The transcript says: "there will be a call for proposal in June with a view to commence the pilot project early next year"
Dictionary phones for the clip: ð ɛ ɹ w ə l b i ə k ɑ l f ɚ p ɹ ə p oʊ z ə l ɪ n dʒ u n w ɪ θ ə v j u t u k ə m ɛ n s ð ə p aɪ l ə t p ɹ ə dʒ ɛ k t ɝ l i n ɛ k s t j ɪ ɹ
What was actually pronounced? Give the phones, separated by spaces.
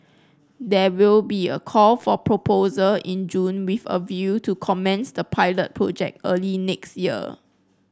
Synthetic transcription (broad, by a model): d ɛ w ə l b i ə k ɑ l f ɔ p ɹ ə p oʊ z ə l ɪ n dʒ u n w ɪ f ə v j u t u k ə m ɛ n s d ə p aɪ l ə t p ɹ ə dʒ ɛ k t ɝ l i n ɛ k s t j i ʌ